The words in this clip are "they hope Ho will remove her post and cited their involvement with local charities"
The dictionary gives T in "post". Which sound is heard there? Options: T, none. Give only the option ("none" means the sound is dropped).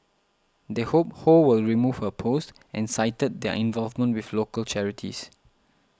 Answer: T